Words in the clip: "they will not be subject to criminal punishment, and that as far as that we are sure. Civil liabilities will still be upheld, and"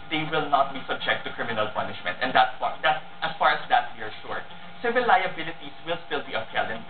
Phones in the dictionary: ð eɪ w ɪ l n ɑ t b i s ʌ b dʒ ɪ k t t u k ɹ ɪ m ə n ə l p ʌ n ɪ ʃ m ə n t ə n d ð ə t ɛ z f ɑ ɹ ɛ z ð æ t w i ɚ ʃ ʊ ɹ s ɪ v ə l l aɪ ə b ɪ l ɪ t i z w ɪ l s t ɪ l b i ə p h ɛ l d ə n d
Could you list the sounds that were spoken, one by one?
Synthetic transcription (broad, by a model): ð eɪ w ɪ l n ɑ t b i s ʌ b dʒ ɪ k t t u k ɹ ɪ m ə n ə l p ʌ n ɪ ʃ m ə n t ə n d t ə t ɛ s f ɑ ɹ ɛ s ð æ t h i ɚ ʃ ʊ ɹ s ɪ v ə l l aɪ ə b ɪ l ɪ t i s w ɪ l s t ɪ l b i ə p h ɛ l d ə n